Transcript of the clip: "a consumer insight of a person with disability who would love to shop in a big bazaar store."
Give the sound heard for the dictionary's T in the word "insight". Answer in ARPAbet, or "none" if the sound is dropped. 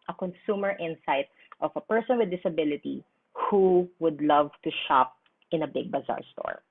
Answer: T